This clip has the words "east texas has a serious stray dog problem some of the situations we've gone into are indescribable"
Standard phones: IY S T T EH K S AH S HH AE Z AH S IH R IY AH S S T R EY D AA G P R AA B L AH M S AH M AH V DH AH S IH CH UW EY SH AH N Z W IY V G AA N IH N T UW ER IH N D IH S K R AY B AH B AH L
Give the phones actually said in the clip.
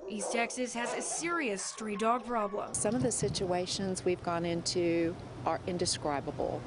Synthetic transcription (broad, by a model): IY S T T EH K S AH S HH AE Z AH S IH R IY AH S S T R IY D AA G P R AA B L AH M S AH M AH V DH AH S IH CH UW EY SH AH N Z W IY V G AA N IH N T UW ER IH N D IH S K R AY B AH B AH L